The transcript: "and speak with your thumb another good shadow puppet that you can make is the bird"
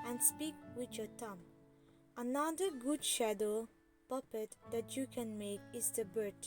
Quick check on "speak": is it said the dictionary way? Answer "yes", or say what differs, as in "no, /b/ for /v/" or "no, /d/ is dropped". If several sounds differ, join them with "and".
yes